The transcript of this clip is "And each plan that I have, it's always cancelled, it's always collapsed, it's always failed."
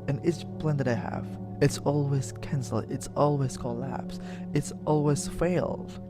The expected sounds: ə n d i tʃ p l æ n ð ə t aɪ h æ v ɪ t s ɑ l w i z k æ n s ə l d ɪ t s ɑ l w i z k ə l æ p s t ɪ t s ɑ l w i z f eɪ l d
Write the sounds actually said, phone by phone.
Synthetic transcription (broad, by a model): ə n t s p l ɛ n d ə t aɪ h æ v ɪ t s ɑ l w i z k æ n s l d ɪ t s ɑ l w i z k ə l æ p s ɪ t s ɑ l w i z f eɪ l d